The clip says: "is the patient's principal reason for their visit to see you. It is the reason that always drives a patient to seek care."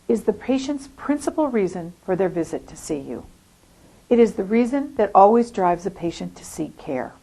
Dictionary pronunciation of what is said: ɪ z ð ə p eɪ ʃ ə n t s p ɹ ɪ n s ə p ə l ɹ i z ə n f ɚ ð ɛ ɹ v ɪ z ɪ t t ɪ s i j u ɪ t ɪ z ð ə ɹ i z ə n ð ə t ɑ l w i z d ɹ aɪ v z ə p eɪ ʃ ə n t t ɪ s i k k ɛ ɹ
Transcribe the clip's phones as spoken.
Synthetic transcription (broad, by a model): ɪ z ð ə p eɪ ʃ ə n t s p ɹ ɪ n s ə p l ɹ i z ə n f ɚ ð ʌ ɹ v ɪ z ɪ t t ɪ s i j u ɪ t ɪ z ð ə ɹ i z ə n ð ə t ɑ l w i z d ɹ aɪ v z ə p eɪ ʃ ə n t t ɪ s i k k ɛ ɹ